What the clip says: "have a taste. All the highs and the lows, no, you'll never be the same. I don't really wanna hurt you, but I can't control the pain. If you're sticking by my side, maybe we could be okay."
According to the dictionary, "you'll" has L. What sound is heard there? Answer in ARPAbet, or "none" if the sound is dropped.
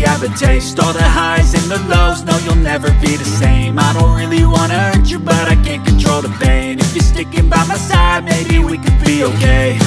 L